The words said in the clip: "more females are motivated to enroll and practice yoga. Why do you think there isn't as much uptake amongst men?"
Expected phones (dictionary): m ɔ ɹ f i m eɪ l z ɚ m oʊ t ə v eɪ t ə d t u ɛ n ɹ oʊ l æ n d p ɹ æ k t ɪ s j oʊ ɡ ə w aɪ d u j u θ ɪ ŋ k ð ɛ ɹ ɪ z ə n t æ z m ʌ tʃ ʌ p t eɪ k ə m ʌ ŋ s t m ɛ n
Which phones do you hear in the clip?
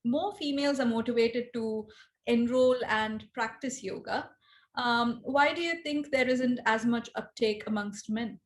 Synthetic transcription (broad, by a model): m ɔ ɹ f i m eɪ l z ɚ m oʊ t ə v eɪ t ə d t u ɛ n ɹ oʊ l æ n d p ɹ æ k t ɪ s j oʊ ɡ ə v aɪ d u j u t ɪ ŋ k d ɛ ɹ ɪ z ə n t æ z m ʌ tʃ ʌ p t eɪ k ə m ʌ ŋ s t m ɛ n